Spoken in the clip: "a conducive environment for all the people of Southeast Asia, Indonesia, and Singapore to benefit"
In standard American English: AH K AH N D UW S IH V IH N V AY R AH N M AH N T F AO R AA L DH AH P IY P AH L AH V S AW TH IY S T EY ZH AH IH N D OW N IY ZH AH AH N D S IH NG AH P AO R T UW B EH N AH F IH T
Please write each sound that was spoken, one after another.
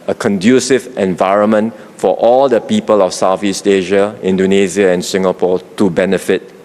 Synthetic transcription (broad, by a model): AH K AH N D UW S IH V IH N V AY R AH N M AH N T F AO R AA L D AH P IY P AH L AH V S AW F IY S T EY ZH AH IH N D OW N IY Z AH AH N S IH NG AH P AO T UW B EH N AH F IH T